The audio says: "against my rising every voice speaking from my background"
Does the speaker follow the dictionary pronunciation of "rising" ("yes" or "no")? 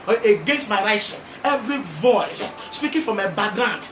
no